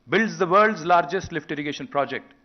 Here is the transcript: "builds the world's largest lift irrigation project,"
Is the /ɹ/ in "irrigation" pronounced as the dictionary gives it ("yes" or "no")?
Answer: yes